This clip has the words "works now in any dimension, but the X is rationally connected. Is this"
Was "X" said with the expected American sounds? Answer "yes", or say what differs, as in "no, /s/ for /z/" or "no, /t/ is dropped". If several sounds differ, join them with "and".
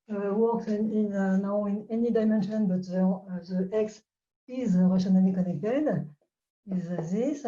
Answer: yes